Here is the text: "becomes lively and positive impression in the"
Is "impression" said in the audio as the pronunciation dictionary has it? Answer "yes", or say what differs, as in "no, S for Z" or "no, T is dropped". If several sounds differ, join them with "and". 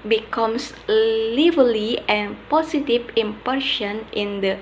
no, R is dropped